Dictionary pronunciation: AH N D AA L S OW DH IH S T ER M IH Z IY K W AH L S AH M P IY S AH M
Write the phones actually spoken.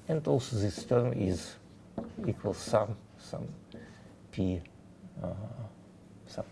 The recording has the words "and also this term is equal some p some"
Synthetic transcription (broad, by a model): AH N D AA L S OW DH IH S T ER M IH Z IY K W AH L S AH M P IY S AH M